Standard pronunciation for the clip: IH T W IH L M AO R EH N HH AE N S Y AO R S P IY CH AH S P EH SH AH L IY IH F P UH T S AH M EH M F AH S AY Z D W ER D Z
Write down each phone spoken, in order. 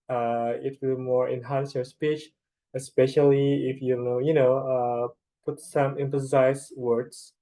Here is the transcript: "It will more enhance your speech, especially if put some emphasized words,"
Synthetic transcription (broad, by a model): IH T W IH L M AO R EH N HH AE N S Y AO R S P IY CH AH S P EH SH AH L IY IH F P UH T S AH M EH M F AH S AY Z W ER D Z